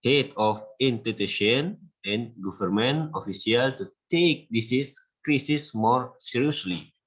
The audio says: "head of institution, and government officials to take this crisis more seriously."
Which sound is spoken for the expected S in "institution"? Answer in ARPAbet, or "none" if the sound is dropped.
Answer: none